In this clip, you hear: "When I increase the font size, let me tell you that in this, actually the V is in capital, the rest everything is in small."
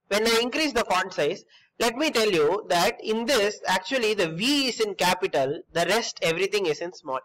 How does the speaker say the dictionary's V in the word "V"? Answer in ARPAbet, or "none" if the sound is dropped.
V